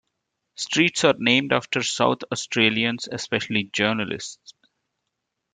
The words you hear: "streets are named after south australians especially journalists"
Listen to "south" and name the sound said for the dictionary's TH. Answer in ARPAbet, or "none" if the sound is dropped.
T